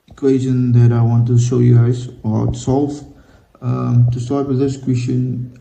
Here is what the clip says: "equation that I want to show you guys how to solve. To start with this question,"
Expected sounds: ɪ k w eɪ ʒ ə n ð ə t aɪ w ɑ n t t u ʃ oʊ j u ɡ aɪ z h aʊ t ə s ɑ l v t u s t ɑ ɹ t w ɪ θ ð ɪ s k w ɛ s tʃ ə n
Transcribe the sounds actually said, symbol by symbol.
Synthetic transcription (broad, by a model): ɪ k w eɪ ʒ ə n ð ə t aɪ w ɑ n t t u ʃ oʊ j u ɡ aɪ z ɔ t s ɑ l f t u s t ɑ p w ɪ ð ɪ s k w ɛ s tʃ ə n